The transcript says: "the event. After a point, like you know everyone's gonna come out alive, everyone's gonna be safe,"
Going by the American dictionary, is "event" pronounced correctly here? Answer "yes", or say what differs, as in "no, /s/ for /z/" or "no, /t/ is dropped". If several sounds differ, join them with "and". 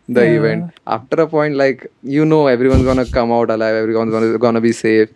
yes